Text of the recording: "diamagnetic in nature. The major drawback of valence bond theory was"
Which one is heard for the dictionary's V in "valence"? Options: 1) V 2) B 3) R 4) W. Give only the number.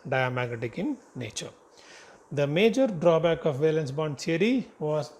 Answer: 1